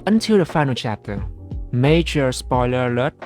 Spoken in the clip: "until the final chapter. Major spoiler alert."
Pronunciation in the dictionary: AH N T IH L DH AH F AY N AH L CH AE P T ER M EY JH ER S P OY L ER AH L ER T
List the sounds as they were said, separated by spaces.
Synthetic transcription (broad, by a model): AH N T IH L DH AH F AY N AH L CH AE P T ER M EY JH ER S P OY L ER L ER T